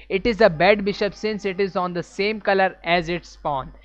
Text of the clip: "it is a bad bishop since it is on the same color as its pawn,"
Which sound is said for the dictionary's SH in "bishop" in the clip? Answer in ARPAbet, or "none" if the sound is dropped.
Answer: SH